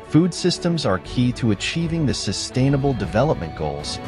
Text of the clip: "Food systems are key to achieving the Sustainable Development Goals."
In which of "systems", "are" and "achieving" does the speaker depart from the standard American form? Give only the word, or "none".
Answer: none